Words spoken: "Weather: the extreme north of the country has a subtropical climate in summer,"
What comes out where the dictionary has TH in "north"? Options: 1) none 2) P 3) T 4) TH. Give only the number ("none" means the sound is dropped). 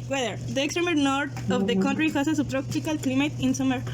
3